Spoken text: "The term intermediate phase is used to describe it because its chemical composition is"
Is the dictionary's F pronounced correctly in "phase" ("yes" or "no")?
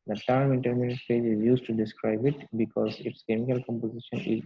no